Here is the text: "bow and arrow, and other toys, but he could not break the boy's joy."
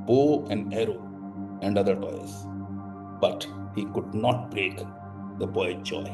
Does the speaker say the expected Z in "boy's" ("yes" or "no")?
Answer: no